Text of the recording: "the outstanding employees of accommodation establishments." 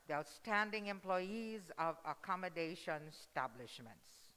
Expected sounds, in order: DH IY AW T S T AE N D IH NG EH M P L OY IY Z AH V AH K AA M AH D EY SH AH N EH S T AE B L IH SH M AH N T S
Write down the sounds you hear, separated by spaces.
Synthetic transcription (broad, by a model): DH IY AW T S T AE N D IH NG EH M P L OY IY Z AH V AH K AA M AH D EY SH AH N S T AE B L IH SH M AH N T S